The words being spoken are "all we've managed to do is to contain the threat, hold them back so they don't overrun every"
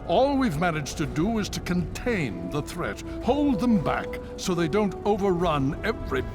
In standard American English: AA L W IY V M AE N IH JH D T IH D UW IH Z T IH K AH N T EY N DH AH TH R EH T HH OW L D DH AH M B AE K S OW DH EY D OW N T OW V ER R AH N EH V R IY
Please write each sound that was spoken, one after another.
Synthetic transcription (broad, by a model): AA L W IY V M AE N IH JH T IH D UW IH Z T IH K AH N T EY N DH AH TH R EH T HH OW L D DH AH M B AE K S OW DH EY D OW N T OW V ER R AH N EH V R IY